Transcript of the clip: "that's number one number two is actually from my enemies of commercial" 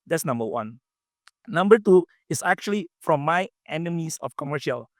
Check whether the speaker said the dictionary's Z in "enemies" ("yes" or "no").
no